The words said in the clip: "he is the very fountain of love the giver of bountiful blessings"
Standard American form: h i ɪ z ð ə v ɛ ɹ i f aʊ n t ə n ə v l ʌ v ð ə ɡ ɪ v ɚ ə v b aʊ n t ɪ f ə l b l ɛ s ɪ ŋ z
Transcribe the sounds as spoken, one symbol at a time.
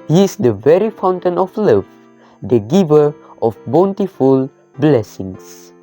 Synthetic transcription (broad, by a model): h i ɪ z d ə v ɛ ɹ i f aʊ n t ə n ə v l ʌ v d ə ɡ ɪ v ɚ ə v b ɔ n t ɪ f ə l b l ɛ s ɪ ŋ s